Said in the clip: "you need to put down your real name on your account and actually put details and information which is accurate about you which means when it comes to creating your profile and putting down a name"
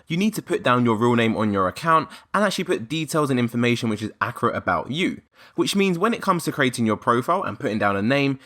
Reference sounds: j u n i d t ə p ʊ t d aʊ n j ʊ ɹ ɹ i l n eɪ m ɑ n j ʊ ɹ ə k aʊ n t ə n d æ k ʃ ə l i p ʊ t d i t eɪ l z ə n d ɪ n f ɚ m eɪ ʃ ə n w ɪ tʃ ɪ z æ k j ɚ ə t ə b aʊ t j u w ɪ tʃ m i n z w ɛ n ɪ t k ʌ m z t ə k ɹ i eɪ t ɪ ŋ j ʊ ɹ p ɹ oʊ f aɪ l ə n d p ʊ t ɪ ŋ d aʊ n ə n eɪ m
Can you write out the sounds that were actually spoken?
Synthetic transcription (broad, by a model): j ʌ n i d t ə p ʊ t d aʊ n j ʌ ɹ ɹ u l n eɪ m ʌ n j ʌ ɹ ə k aʊ n t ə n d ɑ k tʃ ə l i p ʊ t d i t eɪ l z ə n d ɪ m f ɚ m eɪ ʃ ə n w ɪ tʃ ɪ z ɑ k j ɚ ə t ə b aʊ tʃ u w ɪ tʃ m i n z w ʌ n ɪ t k ʌ m z t ə k ɹ i eɪ t ɪ ŋ j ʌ p ɹ oʊ f aɪ l ə n p ʊ t ɪ ŋ d aʊ n ə n eɪ m